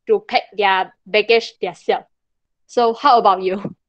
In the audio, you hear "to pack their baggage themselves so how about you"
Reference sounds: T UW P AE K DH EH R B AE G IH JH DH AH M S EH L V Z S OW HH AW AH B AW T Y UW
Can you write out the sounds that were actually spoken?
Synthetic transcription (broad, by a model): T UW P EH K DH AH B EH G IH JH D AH S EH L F S OW HH AW AH B AW T Y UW